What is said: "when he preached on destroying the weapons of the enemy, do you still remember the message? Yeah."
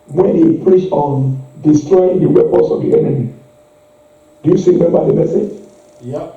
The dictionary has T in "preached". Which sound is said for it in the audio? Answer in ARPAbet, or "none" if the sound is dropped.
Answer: none